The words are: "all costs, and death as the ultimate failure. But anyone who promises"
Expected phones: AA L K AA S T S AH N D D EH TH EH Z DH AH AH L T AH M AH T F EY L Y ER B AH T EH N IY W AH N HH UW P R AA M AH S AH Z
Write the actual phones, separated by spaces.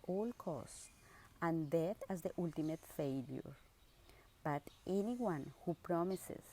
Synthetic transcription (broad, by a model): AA L K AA S T AH N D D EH T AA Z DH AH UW L T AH M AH T F EY L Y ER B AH T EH N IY W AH N HH UW P R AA M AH S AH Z